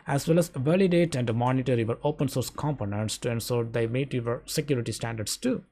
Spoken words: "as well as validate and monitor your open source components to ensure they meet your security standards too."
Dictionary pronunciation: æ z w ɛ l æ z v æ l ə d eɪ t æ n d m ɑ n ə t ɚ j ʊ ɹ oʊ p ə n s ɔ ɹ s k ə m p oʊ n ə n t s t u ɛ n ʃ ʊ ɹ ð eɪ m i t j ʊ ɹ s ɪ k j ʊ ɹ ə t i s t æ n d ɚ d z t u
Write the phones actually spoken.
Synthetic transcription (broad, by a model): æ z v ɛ l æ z v æ l ə d eɪ t æ n d m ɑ n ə t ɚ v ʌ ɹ oʊ p ə n s ɔ ɹ s k ə m p oʊ n ə n t s t u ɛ n s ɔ ɹ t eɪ m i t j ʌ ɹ s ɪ k j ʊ ɹ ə t i s t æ n d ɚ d s t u